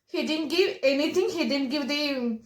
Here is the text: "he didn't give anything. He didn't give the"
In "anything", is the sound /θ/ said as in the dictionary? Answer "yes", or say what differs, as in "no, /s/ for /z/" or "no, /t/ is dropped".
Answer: no, /t/ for /θ/